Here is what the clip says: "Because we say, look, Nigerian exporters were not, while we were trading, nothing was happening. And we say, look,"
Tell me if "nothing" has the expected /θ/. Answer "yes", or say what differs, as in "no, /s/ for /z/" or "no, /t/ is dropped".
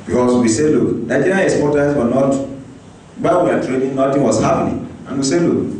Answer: no, /t/ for /θ/